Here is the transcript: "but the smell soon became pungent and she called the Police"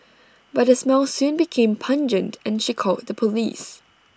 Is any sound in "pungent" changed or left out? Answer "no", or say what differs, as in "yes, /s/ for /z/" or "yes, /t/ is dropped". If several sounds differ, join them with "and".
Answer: no